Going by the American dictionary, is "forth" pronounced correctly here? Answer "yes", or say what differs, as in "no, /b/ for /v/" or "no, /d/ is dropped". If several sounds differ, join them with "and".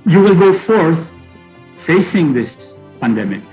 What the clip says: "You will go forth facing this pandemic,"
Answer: yes